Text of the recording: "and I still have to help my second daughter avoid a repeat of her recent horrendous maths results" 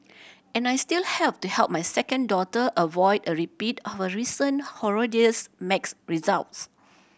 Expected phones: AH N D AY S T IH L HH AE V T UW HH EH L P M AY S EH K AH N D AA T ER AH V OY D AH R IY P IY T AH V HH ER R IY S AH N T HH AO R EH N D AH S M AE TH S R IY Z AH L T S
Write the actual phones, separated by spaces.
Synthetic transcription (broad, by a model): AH N AY S T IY L HH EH P T UW HH EH L P M AY S EH K AH N D AA T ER AH V OY D AH R IY P IY T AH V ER R IY S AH N HH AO R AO D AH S M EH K S R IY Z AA L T S